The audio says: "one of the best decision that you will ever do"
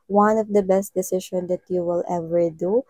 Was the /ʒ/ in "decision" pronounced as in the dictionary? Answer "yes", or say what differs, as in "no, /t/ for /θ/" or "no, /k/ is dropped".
no, /ʃ/ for /ʒ/